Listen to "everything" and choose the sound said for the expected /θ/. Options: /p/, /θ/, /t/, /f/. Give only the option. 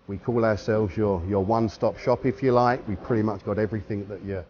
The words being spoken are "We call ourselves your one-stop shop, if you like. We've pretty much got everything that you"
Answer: /θ/